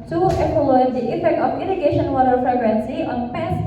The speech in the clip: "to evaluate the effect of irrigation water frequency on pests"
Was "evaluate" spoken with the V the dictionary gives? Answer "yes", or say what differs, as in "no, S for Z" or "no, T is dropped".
no, P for V